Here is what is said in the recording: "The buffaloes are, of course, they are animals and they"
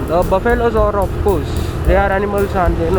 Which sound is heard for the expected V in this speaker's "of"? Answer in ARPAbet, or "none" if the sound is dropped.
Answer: P